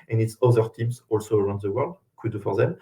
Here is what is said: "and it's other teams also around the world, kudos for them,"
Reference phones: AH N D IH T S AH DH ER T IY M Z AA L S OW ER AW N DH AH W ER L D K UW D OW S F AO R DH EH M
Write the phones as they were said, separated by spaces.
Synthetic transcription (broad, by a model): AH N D IH T S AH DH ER T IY M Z AA L S OW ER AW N DH AH W ER L D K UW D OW F AO R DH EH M